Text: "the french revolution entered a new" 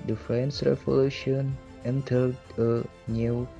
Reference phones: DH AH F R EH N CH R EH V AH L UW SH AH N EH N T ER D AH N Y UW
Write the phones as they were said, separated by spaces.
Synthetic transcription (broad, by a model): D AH F R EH N S R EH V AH L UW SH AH N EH N T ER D AH N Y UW